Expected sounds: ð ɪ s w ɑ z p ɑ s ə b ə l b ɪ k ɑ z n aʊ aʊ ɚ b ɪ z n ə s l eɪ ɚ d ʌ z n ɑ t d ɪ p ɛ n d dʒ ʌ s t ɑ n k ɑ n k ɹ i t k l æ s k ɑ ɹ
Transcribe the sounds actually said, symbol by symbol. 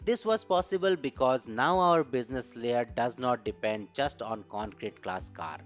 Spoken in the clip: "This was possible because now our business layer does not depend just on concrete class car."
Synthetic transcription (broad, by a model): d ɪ s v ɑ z p ɑ s ə b ə l b ɪ k ɑ z n aʊ aʊ ɚ b ɪ z n ə s l eɪ ɚ d ʌ z n ɑ t d ɪ p ɛ n d dʒ ʌ s t ɑ n k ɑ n k ɹ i t k l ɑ s k ɑ ɹ